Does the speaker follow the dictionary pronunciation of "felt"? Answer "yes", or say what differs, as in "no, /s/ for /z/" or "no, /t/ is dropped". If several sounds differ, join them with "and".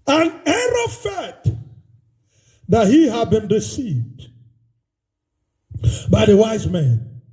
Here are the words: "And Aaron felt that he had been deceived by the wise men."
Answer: no, /l/ is dropped